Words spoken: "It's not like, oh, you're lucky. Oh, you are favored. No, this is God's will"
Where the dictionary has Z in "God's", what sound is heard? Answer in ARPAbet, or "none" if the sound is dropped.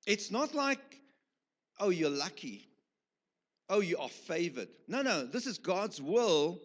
Z